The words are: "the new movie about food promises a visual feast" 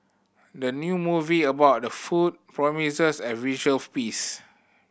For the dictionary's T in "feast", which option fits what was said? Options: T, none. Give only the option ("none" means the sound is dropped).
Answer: none